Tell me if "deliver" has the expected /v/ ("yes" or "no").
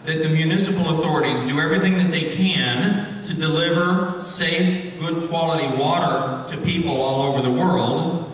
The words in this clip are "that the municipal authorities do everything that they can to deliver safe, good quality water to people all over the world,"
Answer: yes